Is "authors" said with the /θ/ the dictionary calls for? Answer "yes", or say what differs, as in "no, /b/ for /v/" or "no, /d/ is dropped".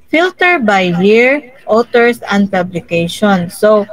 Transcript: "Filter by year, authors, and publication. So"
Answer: no, /t/ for /θ/